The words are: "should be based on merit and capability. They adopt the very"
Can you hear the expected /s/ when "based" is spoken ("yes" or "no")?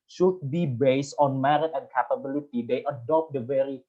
yes